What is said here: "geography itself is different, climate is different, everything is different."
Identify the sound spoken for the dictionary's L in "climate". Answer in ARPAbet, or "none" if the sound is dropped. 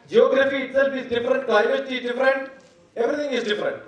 none